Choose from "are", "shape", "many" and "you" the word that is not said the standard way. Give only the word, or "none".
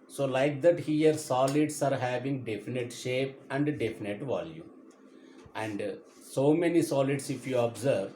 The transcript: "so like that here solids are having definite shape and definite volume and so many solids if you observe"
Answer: none